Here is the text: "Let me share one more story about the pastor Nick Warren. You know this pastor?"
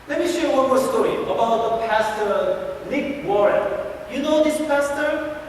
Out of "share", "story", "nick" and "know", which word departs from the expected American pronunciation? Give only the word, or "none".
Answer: nick